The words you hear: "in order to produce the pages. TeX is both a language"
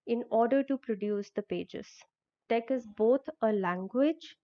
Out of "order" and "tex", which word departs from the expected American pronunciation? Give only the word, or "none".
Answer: tex